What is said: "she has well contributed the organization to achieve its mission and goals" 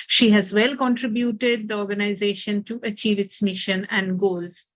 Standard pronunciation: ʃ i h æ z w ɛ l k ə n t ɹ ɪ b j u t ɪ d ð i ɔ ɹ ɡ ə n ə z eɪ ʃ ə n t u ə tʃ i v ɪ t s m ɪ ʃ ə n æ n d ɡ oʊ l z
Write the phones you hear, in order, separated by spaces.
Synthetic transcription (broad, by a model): ʃ i h æ z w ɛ l k ə n t ɹ ɪ b j u t ɪ d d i ɔ ɹ ɡ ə n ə z eɪ ʃ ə n t u ə tʃ i v ɪ t s m ɪ ʃ ə n æ n d ɡ oʊ l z